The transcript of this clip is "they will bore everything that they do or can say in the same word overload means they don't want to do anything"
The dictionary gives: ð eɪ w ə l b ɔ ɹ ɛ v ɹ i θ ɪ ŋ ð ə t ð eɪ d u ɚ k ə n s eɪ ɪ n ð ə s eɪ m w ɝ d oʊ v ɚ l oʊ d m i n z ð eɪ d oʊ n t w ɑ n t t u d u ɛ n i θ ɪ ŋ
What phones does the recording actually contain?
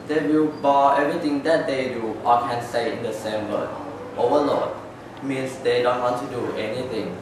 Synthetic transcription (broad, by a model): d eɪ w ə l b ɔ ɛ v ɹ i t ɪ ŋ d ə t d eɪ d u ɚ k ə n s eɪ ɪ n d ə s eɪ m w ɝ oʊ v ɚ l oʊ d m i n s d eɪ d oʊ n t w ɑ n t t u d u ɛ n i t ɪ ŋ